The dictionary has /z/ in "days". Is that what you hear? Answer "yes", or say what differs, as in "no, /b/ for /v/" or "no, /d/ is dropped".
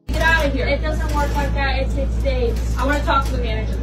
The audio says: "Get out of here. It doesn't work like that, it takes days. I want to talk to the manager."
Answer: no, /z/ is dropped